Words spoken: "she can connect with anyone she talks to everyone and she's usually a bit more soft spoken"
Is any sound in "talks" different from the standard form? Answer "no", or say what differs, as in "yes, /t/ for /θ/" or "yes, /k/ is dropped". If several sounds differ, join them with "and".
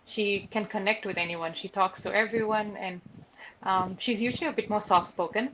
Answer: no